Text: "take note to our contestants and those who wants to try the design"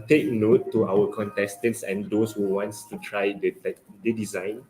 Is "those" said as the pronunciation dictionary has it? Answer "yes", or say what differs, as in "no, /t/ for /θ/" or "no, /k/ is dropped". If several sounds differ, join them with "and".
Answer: no, /s/ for /z/